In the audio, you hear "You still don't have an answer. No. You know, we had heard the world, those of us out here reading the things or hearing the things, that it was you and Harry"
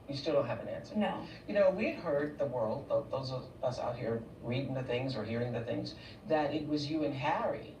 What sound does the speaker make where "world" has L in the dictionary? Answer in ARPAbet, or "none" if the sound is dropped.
L